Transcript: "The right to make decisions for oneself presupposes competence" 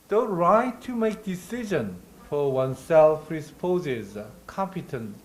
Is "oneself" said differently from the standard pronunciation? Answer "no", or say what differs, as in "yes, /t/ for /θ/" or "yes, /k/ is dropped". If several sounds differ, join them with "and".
no